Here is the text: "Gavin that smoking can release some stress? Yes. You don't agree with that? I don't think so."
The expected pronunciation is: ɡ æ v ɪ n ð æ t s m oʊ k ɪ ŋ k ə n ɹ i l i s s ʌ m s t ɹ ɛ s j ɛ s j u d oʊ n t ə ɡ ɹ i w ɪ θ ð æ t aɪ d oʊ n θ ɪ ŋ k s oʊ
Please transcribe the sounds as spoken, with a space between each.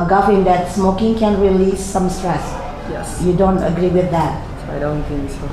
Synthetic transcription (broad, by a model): ɡ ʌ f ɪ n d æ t s m oʊ k ɪ ŋ k ə n ɹ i l i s s ʌ m s t ɹ ɛ s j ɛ j u d oʊ n t ə ɡ ɹ i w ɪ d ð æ t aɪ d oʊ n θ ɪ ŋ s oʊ